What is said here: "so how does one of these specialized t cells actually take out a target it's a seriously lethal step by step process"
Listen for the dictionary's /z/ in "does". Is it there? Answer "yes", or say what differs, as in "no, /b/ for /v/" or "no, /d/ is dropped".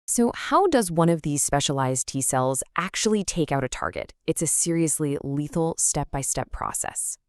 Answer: yes